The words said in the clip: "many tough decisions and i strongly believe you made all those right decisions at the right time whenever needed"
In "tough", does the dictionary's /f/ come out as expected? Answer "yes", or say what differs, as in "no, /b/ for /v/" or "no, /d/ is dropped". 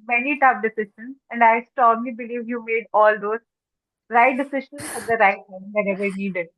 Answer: no, /p/ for /f/